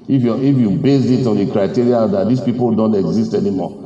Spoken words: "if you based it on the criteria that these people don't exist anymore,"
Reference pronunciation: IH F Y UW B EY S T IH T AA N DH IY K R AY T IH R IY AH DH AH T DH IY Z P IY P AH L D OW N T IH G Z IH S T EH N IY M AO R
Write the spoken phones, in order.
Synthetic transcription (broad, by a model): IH F Y UW B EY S IH T AA N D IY K R AY T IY R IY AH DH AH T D IY S P IY P AH L D OW N T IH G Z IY S T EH N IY M AO